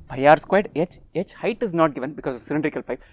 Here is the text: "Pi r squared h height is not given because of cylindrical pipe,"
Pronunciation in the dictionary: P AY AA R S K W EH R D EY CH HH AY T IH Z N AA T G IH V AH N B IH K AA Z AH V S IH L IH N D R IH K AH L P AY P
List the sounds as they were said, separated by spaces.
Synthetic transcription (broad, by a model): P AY AA R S K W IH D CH EY CH HH AY T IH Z N AA T G IH V AH N B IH K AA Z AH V S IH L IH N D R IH K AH L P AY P